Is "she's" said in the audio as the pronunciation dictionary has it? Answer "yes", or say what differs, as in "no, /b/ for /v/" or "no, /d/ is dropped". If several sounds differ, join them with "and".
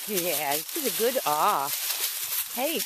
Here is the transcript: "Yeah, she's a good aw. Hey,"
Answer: no, /s/ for /ʃ/